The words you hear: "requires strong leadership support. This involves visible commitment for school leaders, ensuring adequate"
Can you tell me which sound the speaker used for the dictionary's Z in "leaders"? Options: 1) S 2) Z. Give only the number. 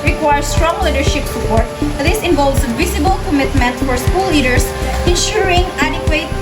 1